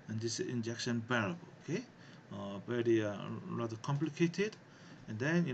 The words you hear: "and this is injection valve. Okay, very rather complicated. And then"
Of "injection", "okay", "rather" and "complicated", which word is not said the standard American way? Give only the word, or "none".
rather